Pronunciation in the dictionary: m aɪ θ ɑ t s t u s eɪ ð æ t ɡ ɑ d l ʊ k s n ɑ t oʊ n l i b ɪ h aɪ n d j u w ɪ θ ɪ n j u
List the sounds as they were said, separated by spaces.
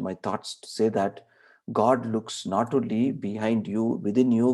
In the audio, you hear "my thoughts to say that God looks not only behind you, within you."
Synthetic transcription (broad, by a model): m aɪ t ɑ t s t u s eɪ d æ t ɡ ɑ d l ʊ k s n ɑ t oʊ l i b ɪ h aɪ n d j u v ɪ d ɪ n j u